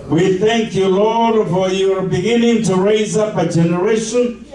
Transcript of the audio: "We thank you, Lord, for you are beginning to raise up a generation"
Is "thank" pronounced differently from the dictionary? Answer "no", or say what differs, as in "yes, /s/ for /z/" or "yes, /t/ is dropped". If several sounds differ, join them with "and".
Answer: no